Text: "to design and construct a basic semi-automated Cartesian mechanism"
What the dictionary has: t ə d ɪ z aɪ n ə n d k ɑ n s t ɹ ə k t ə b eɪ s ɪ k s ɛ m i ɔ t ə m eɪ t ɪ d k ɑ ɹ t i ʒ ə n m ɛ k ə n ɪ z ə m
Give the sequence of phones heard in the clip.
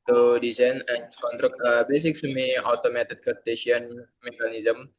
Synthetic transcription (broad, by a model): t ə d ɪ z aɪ n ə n k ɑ n t ɹ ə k ə b eɪ s ɪ k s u m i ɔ t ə m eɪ t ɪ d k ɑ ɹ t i s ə n m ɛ k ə n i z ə m